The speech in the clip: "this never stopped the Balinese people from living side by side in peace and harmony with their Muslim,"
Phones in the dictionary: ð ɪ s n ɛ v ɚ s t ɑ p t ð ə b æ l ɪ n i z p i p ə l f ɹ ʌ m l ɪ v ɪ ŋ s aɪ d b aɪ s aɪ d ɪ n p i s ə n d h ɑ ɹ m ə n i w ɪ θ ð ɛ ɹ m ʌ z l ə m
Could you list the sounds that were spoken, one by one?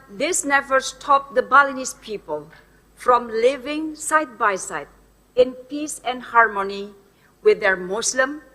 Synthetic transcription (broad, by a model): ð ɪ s n ɛ v ɚ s t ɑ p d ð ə b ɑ l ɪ n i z p i p ə l f ɹ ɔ m l ɪ v ɪ ŋ s aɪ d b aɪ s aɪ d ɪ n p i s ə n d h ɑ ɹ m ə n i w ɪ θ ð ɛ ɹ m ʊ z l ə m